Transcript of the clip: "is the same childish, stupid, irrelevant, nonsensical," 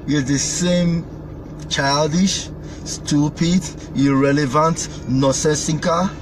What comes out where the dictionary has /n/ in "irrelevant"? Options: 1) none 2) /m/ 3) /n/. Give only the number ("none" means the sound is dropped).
3